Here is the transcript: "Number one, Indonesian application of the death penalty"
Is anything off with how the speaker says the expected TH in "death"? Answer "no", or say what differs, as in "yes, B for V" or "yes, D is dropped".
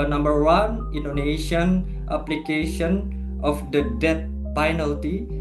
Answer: yes, T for TH